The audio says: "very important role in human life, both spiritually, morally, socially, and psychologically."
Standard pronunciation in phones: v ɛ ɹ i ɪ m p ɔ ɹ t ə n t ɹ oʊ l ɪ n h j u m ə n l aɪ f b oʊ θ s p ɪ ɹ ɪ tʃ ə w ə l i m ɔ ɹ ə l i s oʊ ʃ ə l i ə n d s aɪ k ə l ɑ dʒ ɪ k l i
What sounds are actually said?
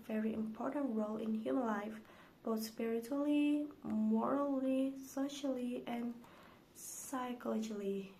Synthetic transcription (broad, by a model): v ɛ ɹ i ɪ m p ɔ ɹ t ə n t ɹ oʊ l ɪ n h j u m ə n l aɪ f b oʊ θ s p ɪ ɹ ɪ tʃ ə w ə l i m ɔ ɹ ə l i s oʊ ʃ ə l i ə n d s aɪ k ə l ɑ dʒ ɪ l i